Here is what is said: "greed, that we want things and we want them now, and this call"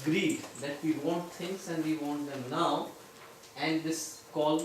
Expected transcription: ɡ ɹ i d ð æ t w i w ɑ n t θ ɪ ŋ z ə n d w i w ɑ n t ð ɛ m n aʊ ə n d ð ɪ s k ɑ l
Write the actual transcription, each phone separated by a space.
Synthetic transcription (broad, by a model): ɡ ɹ i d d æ t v i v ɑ n t t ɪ ŋ s ə n d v i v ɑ n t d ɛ m n aʊ ə n d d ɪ s k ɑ l